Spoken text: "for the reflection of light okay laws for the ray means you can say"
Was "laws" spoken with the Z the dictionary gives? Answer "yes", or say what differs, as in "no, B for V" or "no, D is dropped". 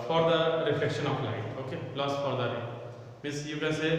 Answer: no, S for Z